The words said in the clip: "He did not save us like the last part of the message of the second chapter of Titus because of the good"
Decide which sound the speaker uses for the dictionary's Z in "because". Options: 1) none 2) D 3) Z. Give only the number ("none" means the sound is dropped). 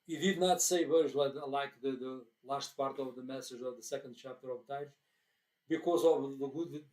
3